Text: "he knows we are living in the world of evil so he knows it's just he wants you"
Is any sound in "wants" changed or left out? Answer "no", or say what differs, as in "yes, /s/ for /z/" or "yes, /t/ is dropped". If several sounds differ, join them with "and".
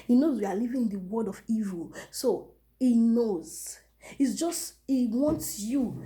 no